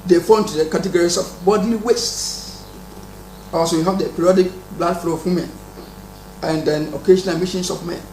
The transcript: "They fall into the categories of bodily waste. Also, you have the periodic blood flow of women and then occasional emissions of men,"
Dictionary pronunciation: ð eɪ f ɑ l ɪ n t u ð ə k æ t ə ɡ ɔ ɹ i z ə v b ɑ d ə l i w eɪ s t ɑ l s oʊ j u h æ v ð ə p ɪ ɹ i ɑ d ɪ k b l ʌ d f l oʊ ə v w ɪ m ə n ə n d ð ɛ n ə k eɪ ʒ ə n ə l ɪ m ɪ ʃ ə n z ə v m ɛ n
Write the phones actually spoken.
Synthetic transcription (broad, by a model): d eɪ f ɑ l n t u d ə k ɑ t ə ɡ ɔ ɹ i s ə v b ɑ d l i w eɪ s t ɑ s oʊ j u h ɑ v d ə p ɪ ɹ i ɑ d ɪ k b l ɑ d f l oʊ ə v w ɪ m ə n ə n d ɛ n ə k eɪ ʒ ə n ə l m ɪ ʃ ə n s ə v m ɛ n